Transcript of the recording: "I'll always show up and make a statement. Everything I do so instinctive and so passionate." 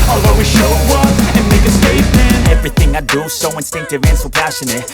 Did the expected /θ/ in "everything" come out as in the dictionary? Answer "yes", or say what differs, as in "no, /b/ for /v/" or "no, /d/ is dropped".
yes